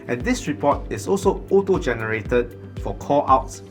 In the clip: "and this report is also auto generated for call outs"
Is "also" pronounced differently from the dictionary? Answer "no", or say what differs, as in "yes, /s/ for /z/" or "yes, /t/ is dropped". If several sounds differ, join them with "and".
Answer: no